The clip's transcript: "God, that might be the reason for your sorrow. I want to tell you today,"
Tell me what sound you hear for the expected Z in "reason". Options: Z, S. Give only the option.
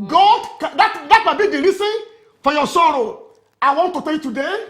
S